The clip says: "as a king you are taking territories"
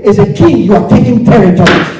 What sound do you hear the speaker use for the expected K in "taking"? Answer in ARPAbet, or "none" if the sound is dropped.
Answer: K